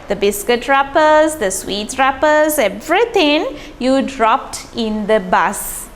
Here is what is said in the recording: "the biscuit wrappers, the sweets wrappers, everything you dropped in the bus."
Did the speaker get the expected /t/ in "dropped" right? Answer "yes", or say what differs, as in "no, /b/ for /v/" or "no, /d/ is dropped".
yes